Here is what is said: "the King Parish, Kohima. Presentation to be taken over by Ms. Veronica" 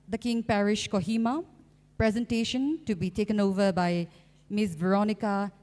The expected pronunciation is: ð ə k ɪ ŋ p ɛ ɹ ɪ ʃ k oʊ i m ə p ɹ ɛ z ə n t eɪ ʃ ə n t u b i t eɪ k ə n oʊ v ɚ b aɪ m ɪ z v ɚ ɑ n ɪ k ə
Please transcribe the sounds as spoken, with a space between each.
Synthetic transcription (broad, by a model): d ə k ɪ ŋ p ɛ ɹ ɪ ʃ k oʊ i m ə p ɹ ɛ z ə n t eɪ ʃ ə n t u b i t eɪ k ə n oʊ v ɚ b aɪ m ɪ s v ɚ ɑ n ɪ k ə